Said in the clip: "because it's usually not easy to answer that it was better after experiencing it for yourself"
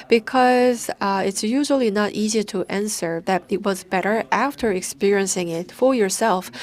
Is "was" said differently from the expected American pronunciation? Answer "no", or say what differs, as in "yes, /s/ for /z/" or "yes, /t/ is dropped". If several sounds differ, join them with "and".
no